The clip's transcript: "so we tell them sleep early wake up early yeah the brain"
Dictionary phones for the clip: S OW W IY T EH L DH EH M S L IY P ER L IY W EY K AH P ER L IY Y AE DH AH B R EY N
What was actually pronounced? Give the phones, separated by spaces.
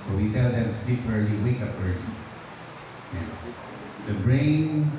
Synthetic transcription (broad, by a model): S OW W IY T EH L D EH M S IY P ER L IY W EY K AH P ER L IY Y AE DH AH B R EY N